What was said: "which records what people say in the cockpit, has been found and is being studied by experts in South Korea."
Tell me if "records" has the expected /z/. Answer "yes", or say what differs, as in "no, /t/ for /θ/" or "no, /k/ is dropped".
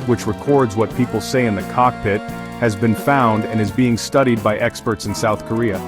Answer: yes